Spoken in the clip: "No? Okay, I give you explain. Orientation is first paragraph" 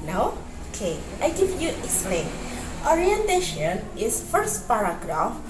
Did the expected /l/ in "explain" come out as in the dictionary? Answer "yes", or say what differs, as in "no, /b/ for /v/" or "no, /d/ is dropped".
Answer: yes